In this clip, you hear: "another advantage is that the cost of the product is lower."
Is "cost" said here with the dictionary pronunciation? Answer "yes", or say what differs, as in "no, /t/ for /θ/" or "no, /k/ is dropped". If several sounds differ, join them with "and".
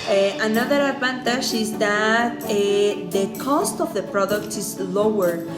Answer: yes